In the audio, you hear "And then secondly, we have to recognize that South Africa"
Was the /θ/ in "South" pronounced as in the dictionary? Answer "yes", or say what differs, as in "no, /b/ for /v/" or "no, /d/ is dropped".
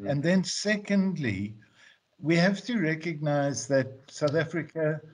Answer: yes